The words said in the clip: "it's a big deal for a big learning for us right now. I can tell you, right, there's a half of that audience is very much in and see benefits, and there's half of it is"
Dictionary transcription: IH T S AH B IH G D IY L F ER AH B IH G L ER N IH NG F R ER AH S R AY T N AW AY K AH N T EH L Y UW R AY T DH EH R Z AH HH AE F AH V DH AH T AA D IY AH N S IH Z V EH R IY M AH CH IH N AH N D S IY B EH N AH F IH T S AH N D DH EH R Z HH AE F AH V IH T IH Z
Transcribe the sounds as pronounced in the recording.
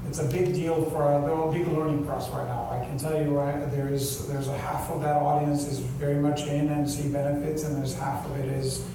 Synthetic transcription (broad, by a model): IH T S AH B IH G D IY L F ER AH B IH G L ER N IH NG P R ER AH S R AY T N AW AY K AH N T EH L Y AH R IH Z DH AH R Z AH HH AE F AH V DH AH T AA D IY AH N S IH Z V EH R IY M AH CH IH N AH N S IY B EH N AH F IH T S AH N DH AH R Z HH AE F AH V IH T IH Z